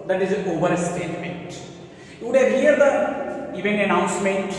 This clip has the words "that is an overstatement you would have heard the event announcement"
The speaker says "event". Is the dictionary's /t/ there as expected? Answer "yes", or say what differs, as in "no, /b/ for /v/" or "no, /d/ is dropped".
no, /t/ is dropped